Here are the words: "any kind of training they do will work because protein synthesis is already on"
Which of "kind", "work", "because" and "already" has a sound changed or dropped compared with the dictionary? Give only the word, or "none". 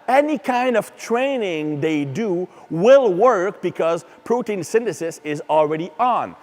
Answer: none